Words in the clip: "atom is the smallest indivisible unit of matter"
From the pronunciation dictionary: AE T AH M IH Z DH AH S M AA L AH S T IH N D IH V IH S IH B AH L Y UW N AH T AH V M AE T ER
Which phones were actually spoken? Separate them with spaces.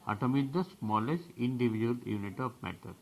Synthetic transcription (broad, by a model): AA T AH M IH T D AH S M AA L AH S T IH N D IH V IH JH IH AH L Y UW N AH T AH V M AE T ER